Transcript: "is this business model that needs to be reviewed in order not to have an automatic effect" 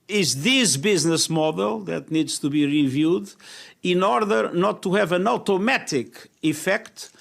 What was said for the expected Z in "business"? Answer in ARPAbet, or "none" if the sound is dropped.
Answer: Z